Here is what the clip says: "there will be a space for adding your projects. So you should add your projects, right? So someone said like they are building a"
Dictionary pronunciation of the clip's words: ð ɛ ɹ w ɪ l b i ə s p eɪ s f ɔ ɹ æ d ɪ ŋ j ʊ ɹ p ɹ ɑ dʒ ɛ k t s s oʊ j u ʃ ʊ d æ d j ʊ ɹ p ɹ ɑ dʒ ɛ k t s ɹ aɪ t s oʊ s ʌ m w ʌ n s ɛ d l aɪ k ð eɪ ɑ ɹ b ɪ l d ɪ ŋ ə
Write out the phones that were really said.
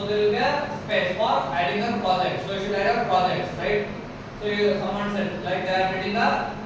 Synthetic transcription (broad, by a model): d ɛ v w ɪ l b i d s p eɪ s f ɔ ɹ æ d ɪ ŋ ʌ p ɹ ɑ dʒ ɛ k t s s oʊ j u ʃ ʊ d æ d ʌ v p ɹ ɑ dʒ ɛ k t s ɹ aɪ t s oʊ s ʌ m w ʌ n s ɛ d l aɪ k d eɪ ɑ ɹ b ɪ d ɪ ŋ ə